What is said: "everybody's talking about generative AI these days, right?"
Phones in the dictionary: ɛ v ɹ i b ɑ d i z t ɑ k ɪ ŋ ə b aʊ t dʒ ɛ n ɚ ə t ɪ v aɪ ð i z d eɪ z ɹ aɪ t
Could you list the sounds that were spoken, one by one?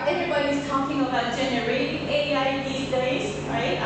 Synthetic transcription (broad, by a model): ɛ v ɹ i b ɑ d i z t ɑ k ɪ ŋ ə b aʊ t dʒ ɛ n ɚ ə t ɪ aɪ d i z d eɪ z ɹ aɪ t